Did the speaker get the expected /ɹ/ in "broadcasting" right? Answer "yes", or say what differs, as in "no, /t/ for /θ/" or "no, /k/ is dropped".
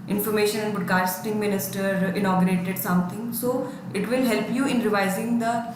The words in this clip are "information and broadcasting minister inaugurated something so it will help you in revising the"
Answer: no, /ɹ/ is dropped